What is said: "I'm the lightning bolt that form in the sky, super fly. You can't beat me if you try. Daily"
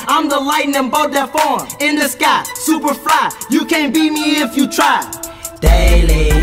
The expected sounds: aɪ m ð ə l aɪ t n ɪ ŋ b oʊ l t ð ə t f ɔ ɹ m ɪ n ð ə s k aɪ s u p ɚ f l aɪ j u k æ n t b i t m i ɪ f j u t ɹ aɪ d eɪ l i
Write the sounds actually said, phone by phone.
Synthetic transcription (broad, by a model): aɪ m ð ə l aɪ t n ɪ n b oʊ t ð ə t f ɔ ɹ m ɪ n ð ə s k aɪ s u p ɚ f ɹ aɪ j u k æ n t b i m i ɪ f j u t ɹ aɪ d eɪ l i